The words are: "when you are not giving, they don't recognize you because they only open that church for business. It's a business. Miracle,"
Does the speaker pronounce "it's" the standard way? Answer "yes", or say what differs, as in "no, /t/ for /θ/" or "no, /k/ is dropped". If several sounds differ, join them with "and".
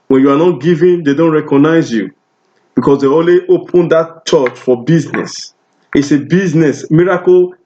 yes